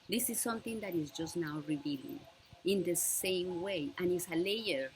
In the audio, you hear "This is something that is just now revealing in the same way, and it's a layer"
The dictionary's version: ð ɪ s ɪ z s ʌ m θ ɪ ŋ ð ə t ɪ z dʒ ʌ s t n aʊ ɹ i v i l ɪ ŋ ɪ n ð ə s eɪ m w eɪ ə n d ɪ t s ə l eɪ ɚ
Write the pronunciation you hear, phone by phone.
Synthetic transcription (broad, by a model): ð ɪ s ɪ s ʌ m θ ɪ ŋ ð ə t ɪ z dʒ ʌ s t n aʊ ɹ i v i l ɪ ŋ ɪ n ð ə s eɪ m w eɪ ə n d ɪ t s ə l eɪ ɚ